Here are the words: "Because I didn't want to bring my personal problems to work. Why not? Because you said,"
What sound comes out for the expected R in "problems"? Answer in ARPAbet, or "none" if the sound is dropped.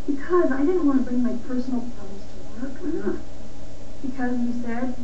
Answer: none